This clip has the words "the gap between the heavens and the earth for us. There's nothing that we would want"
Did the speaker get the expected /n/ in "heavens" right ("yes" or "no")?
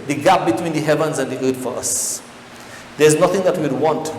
yes